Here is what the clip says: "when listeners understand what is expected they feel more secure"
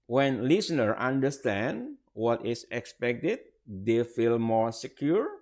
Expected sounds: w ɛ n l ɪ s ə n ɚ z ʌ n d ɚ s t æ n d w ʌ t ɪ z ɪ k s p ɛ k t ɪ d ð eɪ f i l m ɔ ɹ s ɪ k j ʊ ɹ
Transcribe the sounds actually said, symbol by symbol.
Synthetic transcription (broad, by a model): w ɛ n l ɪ s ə n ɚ ɑ n d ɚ s t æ n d w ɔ t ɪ s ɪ k s p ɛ k t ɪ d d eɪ f i l m ɔ ɹ s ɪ k j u ɹ